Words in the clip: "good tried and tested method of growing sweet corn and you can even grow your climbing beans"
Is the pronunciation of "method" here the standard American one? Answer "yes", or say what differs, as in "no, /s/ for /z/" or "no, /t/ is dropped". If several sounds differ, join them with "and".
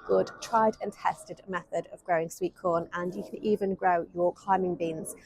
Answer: yes